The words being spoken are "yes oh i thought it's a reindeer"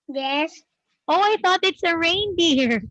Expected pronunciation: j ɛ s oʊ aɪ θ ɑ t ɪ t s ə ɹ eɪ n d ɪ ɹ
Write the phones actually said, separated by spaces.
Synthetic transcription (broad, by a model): j ɛ s oʊ aɪ θ ɑ t ɪ t s ə ɹ eɪ n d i ɹ